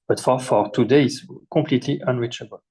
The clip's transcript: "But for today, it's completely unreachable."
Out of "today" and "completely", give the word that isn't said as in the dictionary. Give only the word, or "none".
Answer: completely